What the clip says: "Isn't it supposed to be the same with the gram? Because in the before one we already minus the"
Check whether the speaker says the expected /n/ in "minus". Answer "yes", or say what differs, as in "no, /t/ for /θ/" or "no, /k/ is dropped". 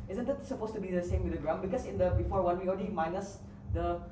yes